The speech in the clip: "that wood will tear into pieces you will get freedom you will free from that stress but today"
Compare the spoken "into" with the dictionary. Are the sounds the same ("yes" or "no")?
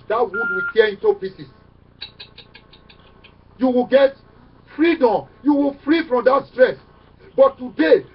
yes